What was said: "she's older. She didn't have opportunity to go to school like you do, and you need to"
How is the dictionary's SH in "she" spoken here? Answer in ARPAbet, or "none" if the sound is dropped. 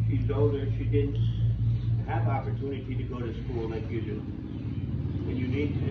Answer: SH